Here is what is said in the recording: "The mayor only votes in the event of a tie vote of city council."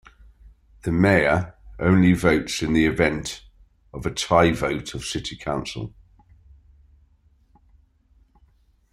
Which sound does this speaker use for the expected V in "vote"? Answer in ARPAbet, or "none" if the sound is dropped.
V